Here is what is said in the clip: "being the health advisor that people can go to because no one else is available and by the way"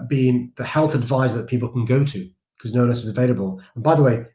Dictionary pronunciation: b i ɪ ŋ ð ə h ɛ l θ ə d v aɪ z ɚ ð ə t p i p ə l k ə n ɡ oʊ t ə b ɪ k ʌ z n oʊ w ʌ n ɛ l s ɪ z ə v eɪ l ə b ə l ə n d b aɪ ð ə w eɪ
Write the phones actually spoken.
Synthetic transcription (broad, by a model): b i ɪ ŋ ð ə h ɛ l θ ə d v aɪ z ð ə t p i p l k ə n ɡ oʊ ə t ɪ k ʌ z n oʊ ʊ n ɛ s ɪ z ə v eɪ l ə b ə l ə n b aɪ ð ə w eɪ